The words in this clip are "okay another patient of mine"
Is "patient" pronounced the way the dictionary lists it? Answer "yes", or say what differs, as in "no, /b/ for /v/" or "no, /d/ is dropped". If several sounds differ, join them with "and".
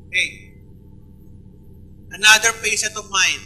no, /s/ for /ʃ/